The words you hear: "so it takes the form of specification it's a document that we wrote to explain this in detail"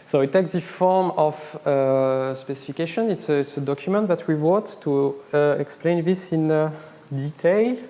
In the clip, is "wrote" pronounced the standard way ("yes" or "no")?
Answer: no